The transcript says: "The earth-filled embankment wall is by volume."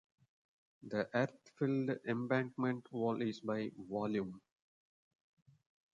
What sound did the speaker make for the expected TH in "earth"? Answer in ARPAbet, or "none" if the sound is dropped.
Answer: T